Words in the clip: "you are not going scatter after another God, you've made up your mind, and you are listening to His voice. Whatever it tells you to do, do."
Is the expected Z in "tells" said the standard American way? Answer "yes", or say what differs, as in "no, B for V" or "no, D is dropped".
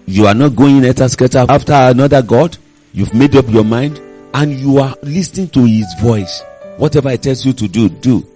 no, S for Z